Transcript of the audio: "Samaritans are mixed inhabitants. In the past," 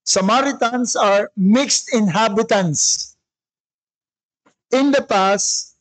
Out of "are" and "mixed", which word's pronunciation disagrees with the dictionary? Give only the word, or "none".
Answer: none